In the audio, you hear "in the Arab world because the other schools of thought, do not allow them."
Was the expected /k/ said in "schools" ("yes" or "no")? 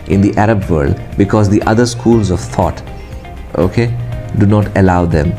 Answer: yes